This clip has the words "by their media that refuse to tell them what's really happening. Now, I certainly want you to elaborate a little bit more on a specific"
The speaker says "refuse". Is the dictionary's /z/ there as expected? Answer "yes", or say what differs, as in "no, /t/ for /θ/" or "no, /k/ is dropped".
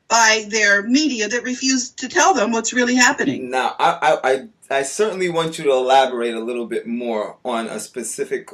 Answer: yes